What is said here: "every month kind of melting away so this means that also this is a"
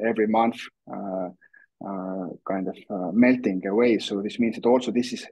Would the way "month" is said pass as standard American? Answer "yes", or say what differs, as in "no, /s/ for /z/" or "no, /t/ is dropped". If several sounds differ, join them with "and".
yes